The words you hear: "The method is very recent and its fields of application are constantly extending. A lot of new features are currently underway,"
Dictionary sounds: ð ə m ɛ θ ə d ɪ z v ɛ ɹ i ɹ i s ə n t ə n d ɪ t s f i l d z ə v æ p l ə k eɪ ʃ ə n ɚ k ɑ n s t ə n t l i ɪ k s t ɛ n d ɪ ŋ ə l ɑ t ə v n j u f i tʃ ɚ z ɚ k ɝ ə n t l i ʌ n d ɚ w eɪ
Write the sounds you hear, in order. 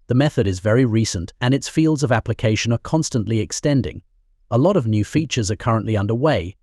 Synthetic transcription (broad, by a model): ð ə m ɛ θ ə d ɪ z v ɛ ɹ i ɹ i s ə n t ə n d ɪ t s f i l d z ə v æ p l ə k eɪ ʃ ə n ɚ k ɑ n s t ə n t l i ɪ k s t ɛ n d ɪ ŋ ə l ɑ t ə v n j u f i tʃ ɚ z ɚ k ɝ ə n t l i ʌ n d ɚ w eɪ